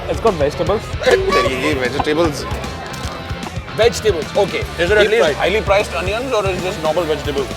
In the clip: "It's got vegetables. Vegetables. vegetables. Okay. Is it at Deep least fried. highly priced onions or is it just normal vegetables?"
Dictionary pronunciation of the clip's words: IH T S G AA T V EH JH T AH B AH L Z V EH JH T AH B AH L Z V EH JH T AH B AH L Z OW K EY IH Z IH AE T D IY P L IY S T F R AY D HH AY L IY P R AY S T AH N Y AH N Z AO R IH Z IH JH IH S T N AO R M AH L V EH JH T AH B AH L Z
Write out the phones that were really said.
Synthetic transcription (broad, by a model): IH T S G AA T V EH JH T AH B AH L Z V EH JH T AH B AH L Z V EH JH T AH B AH L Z OW K EY IH Z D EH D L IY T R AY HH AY L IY P R AY S T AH N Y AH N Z AO R IH Z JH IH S N AO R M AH L V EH JH T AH B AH L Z